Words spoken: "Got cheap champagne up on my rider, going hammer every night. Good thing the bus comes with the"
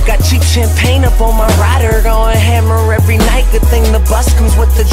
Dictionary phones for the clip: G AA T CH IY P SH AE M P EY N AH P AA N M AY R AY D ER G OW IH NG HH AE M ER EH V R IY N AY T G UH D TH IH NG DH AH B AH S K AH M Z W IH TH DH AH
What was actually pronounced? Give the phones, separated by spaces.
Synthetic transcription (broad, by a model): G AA T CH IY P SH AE M P EY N AH P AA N M AY R AY D ER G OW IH HH AE M ER EH V R IY N AY T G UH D TH IH NG DH AH B AH S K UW Z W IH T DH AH